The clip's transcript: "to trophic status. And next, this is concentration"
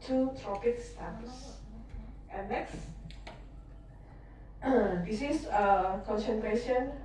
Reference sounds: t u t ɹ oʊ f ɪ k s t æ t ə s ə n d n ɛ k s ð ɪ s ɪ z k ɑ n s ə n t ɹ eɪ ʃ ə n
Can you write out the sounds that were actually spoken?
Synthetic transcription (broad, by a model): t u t ɹ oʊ p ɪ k s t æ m s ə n n ɛ k s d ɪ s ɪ s k ɑ n s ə n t ɹ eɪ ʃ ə n